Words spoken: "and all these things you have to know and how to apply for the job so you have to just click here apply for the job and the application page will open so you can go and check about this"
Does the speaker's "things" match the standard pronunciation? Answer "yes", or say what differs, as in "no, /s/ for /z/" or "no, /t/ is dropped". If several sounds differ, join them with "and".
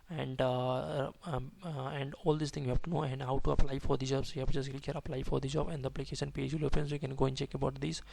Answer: no, /z/ is dropped